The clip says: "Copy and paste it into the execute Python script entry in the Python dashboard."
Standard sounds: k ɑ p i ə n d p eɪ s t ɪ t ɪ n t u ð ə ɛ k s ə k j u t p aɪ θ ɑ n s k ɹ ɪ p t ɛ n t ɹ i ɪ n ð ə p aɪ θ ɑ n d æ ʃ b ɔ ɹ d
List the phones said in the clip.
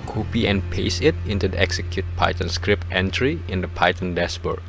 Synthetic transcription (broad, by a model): k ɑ p i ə n p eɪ s ɪ t ɪ n t u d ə ɛ k s ə k j u t p aɪ t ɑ n s k ɹ ɪ p t ɛ n t ɹ i ɪ n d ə p aɪ t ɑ n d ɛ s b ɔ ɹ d